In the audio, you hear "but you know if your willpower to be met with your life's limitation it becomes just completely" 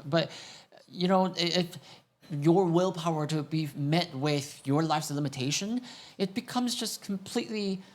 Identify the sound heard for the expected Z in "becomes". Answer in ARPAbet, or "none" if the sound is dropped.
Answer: Z